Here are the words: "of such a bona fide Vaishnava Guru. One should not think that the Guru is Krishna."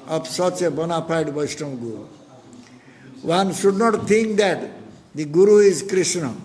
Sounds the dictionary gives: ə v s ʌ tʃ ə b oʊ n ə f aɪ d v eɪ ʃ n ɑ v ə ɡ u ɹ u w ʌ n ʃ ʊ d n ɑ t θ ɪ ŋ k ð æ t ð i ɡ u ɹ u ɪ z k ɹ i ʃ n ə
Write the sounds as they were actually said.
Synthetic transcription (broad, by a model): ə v s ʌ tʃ ə b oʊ n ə p aɪ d b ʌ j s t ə ɡ u ɹ u w ʌ n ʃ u d n ɑ t t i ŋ k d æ t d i ɡ u ɹ u ɪ z k ɹ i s n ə